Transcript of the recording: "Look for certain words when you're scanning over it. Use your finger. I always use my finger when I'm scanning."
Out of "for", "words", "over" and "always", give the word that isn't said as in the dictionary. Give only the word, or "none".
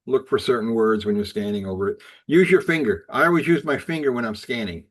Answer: none